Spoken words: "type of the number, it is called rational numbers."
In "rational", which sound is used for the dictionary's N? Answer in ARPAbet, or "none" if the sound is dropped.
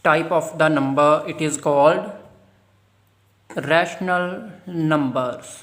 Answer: N